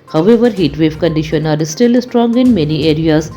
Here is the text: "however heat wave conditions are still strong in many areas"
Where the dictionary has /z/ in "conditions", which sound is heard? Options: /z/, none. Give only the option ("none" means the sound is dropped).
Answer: none